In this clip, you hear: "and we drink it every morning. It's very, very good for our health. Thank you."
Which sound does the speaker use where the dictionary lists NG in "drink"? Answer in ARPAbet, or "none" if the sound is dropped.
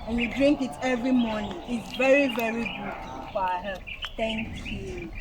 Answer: NG